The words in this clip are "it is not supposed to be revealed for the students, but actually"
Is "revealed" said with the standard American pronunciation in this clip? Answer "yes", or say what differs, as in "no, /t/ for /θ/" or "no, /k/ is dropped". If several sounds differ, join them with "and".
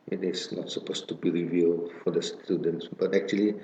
yes